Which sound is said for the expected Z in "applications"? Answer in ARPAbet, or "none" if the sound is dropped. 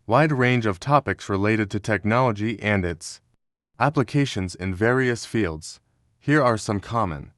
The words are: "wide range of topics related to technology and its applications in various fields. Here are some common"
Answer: Z